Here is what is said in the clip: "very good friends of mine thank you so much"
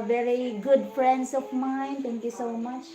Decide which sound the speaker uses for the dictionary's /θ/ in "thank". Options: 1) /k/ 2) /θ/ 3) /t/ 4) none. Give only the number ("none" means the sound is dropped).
3